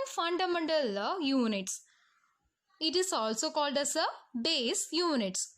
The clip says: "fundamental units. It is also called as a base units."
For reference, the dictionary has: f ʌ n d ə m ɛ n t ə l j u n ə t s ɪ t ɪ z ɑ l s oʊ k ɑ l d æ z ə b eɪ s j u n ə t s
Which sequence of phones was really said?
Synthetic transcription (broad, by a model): f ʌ n d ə m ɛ n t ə l j u n ə t s ɪ t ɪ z ɑ l s oʊ k ɑ l d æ s ə b eɪ s j u n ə t s